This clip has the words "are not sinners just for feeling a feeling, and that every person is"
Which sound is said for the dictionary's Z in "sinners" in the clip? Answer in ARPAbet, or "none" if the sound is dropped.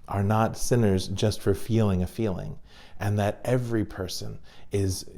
Z